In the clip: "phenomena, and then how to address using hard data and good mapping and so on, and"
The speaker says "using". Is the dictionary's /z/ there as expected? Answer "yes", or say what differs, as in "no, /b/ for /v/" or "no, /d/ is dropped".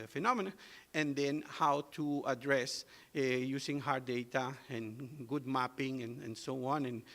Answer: no, /s/ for /z/